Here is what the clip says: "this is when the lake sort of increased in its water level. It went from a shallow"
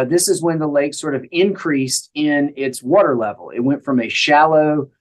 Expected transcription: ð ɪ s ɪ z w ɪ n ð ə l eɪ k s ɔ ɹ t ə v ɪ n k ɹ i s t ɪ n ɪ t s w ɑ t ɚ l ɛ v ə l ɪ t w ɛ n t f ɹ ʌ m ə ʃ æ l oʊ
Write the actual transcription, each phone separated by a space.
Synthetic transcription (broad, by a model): ð ɪ s ɪ z w ɪ n ð ə l eɪ k s ɔ ɹ t ə v ɪ n k ɹ i s t ɪ n ɪ t s w ɑ t ɚ l ɛ v l ɪ t w ɛ n t f ɹ ʌ m ə ʃ æ l oʊ